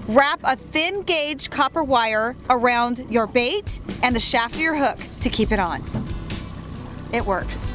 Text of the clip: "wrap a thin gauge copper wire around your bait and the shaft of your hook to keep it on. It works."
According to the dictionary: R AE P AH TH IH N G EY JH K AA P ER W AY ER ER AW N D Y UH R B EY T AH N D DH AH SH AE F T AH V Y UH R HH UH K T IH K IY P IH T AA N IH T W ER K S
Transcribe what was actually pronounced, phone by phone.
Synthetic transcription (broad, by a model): R AE P AH TH IH N G EY JH K AA P ER W AY ER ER AW N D Y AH R B EY T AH N DH AH SH AE F T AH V Y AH R HH UH K T IH K IY P IH T N IH T W ER K S